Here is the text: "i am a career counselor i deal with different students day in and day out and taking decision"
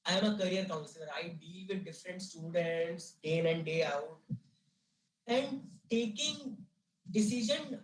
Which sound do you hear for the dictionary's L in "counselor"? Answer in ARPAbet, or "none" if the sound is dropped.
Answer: N